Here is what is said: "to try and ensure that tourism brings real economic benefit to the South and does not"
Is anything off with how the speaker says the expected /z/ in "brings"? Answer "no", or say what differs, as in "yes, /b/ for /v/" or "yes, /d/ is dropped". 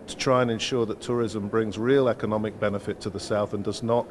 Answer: no